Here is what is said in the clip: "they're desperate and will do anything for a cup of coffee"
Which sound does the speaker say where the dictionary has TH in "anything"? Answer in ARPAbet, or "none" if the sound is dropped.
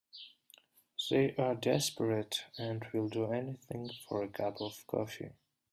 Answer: TH